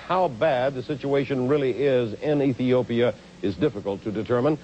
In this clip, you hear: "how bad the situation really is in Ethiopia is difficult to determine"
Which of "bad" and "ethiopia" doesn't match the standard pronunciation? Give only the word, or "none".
none